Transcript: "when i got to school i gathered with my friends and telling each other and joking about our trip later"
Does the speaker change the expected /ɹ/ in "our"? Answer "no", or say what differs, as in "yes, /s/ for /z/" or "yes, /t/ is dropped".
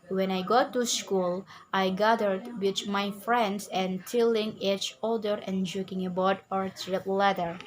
no